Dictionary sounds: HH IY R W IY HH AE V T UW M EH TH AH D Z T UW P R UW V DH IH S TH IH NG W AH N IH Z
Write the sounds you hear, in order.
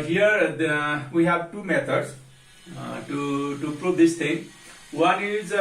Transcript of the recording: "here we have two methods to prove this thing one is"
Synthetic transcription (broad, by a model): HH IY R W IY HH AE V T UW M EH T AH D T T UW P R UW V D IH S T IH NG W AH N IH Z